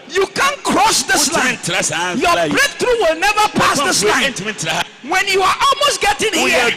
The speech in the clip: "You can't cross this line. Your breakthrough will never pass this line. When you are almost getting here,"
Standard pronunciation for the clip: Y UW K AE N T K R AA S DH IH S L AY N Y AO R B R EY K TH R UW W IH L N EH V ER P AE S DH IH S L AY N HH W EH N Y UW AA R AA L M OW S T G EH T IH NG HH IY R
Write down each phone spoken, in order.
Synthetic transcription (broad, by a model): Y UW K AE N K R AA S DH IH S L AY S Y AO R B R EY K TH R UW W IH L N EH V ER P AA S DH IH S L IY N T W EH N Y UW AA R AA L M OW S T G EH T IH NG